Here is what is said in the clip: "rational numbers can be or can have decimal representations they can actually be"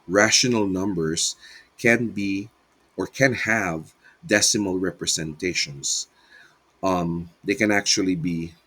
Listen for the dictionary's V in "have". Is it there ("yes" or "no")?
yes